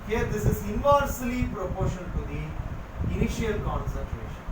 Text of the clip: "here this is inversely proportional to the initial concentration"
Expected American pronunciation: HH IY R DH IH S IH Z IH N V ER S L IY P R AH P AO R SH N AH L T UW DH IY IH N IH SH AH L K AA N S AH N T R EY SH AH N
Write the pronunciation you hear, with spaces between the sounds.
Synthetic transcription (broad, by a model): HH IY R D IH S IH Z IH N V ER S L IY P R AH P AO R SH AH N T UW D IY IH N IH SH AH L K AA N S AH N T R EY SH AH N